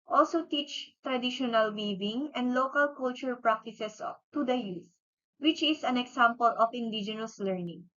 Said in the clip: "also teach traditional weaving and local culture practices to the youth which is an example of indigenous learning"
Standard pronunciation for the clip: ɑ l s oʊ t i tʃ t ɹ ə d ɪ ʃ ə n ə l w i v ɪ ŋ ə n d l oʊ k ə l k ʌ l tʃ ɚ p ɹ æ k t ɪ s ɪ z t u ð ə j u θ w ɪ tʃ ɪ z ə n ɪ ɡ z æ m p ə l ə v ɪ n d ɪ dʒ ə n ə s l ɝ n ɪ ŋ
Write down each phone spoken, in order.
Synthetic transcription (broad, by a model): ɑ l s oʊ t i tʃ t ɹ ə d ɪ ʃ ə n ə l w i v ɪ ŋ ə n d l oʊ k ə l k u l tʃ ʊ p ɹ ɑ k t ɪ s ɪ s t u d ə j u s w ɪ tʃ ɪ s ə n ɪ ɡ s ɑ m p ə l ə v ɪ n d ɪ dʒ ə n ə s l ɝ n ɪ ŋ